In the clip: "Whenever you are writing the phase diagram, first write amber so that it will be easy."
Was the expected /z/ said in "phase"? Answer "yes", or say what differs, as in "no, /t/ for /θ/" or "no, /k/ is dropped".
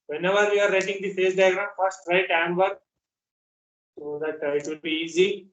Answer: no, /s/ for /z/